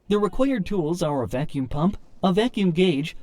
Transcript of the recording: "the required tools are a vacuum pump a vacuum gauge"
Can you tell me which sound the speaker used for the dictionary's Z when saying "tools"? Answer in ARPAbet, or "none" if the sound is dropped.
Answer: Z